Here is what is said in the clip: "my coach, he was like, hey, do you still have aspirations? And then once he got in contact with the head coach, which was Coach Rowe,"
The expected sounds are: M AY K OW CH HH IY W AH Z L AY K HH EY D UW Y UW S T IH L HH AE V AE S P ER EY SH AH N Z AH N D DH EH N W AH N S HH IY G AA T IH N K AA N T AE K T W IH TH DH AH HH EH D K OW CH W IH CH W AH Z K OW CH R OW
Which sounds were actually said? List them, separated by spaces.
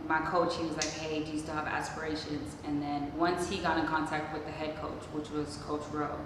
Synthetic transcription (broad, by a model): M AY K OW CH HH IY W AH Z L AY K HH EY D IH Y UW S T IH V AE S P ER EY SH AH N Z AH N DH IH N W AH N S HH IY G AA T IH N K AA N T AE K T W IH DH AH HH EH D K OW CH W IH CH W AH Z K OW CH R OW